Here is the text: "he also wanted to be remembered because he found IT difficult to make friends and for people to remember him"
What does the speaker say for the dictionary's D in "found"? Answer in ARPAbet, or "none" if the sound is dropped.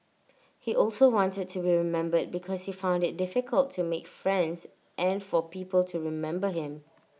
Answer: D